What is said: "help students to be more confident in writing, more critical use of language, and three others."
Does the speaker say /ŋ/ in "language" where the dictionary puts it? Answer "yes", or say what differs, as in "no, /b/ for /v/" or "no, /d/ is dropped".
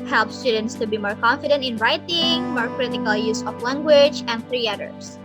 yes